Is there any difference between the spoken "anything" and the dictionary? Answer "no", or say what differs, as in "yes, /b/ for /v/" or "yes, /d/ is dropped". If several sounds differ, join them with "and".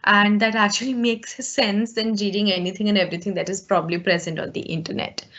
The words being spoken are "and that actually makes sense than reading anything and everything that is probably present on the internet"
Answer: yes, /t/ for /θ/